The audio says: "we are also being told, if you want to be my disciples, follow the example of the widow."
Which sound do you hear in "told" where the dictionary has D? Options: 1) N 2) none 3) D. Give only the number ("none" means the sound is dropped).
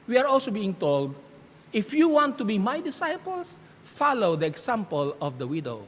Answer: 3